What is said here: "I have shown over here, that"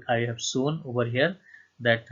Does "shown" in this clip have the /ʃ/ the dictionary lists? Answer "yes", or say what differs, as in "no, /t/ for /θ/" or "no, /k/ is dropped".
no, /s/ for /ʃ/